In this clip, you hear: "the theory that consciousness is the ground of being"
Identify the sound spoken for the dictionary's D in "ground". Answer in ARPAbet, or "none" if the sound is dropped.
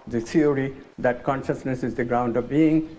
D